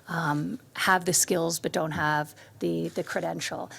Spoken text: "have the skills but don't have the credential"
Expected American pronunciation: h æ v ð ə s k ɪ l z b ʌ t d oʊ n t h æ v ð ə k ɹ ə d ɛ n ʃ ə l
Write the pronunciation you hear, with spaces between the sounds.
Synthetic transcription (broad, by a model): h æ v ð ə s k ɪ l z b ʌ t d oʊ n t h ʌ v ð ə k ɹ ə d ɛ n ʃ l